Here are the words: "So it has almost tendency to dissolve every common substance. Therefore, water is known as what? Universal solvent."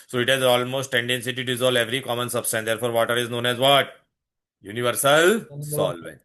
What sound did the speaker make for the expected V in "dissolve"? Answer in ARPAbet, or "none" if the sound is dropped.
none